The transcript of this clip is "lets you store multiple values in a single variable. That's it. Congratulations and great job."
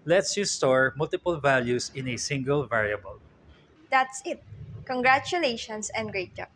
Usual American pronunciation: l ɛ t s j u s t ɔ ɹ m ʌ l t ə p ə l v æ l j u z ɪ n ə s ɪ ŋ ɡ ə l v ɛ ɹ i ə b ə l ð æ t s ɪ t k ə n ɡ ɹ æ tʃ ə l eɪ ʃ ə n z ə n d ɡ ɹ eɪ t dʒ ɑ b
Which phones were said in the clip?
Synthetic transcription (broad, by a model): l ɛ t s j u s t ɔ ɹ m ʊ l t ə p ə l v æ l j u s ɪ n ə s ɪ ŋ ɡ ə l v ɛ ɹ i ə b ə l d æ t s ɪ t k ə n ɡ ɹ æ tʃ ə l eɪ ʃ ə n s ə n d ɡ ɹ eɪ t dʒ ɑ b